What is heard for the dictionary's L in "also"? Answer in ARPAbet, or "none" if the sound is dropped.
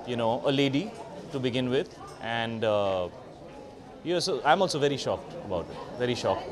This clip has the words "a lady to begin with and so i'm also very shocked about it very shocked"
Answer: L